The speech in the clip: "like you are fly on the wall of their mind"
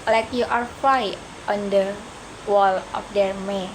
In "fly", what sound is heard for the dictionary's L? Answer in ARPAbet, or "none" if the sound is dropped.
none